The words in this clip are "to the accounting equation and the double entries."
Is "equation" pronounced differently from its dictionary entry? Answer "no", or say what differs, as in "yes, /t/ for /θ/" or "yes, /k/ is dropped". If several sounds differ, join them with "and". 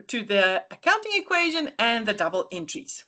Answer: no